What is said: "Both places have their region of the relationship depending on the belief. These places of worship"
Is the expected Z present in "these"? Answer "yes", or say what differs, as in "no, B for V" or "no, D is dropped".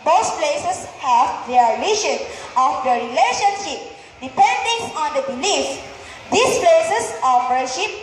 no, S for Z